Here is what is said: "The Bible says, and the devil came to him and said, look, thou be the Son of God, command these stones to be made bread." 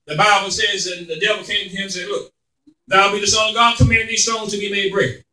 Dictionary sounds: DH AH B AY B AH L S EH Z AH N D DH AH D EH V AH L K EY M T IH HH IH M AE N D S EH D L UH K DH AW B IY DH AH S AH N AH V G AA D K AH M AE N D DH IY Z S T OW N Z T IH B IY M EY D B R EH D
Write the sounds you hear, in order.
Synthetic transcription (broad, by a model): DH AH B AY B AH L S EH Z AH N DH AH D EH V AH L K EY M T IH HH IH M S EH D L UH K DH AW B IY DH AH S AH AH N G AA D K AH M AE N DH IY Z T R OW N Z T IH B IY M EY D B R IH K